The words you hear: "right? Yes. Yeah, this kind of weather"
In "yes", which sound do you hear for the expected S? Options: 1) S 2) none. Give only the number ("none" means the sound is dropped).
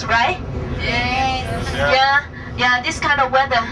2